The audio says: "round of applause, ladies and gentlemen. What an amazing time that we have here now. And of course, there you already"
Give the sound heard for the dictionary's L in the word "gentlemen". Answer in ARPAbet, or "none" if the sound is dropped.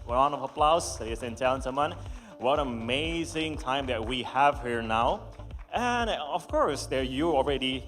none